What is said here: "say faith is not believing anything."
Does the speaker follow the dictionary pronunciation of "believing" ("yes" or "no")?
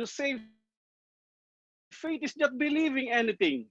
yes